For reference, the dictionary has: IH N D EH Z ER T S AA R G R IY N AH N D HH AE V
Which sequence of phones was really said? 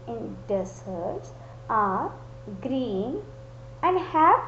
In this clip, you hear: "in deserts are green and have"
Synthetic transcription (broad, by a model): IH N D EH S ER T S AA R G R IY N AH N D HH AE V